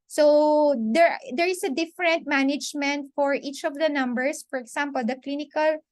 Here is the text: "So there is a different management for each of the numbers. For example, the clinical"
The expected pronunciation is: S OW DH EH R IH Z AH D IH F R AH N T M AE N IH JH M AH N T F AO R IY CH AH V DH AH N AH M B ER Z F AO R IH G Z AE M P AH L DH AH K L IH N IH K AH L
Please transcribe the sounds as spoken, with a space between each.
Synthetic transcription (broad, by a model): S OW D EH R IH S AH D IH F R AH N T M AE N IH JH M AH N T F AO R IY CH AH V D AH N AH M B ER S F AO R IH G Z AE M P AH L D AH K L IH N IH K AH L